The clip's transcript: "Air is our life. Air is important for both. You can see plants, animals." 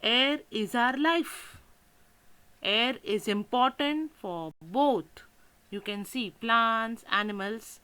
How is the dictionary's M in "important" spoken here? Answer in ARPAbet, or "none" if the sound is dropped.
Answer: M